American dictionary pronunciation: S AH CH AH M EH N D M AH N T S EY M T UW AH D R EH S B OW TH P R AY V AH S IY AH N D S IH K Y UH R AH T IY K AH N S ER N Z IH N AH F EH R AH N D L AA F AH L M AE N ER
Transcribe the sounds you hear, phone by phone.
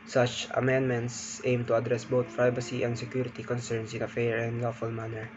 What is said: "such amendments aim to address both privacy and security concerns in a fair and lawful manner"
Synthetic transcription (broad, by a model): S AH CH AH M EH N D M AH N T S EY M T UW AH D R EH S B OW T P R AY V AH S IY AH N D S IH K Y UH R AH T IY K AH N S ER N S IH N AH F EH R AH N D L AA F AH L M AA N ER